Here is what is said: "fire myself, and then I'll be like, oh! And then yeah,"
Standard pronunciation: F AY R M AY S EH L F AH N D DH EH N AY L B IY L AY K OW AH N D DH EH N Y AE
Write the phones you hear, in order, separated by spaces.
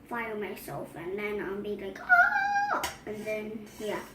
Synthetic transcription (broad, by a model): F AY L M AY S EH L F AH N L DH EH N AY N B IY L AY K OW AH N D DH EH N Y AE